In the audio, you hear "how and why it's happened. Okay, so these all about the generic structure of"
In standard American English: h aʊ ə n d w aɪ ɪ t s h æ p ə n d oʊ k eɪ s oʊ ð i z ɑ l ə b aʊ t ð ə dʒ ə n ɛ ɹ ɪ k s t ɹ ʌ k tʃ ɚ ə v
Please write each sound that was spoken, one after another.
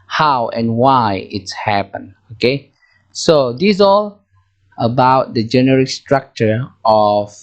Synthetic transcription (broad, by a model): h aʊ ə n w aɪ ɪ t s h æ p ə n oʊ k eɪ s oʊ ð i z ɑ l ə b aʊ t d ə dʒ ə n ɛ ɹ ɪ k s t ɹ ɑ k tʃ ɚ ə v